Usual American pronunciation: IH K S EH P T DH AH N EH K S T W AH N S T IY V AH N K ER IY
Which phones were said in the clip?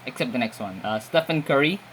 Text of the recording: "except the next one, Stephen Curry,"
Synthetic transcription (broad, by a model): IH K S EH P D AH N EH K S T W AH N S T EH F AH N K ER IY